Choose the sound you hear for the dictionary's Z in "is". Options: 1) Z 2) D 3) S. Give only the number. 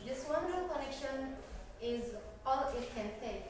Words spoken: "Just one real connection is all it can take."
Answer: 1